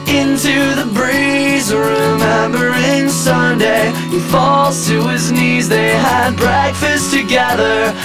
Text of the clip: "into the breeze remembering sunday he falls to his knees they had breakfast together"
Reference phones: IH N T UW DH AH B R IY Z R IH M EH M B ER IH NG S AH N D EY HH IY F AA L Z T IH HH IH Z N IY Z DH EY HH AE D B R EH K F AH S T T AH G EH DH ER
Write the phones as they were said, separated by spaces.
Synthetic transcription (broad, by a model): IH N T UW DH AH B R IY Z R IH M EH M B ER IH NG S AH N D EY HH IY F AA L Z T IH IH Z N IY Z DH EY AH D B R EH K F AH S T T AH G EH DH ER